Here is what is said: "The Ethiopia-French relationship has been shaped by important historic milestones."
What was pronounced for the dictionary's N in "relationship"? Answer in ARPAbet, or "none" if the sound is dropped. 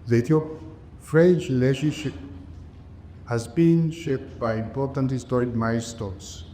none